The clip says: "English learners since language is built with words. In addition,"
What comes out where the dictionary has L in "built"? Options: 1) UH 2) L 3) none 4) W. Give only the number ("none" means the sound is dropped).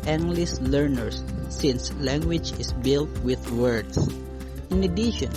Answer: 2